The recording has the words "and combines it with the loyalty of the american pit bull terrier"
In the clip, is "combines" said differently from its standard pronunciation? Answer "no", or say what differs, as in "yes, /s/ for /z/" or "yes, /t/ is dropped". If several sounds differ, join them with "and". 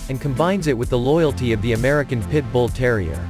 no